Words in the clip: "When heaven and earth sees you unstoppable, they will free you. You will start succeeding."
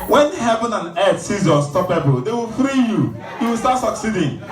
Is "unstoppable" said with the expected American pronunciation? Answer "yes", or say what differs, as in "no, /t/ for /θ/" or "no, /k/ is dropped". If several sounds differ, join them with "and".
no, /n/ is dropped